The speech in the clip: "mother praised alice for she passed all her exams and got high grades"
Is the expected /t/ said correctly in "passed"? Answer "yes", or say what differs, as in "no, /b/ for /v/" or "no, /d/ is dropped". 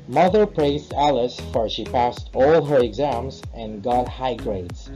yes